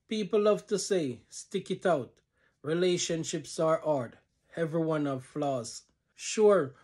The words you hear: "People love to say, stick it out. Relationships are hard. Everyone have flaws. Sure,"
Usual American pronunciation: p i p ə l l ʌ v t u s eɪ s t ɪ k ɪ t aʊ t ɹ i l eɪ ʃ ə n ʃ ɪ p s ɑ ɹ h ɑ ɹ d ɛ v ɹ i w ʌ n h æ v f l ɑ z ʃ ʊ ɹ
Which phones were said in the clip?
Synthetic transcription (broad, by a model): p i p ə l l ʌ v t u s eɪ s t ɪ k ɪ t aʊ t ɹ i l eɪ ʃ ə n ʃ ɪ p s ɑ ɹ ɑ ɹ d ɛ v ɹ i w ʌ n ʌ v f l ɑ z ʃ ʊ ɹ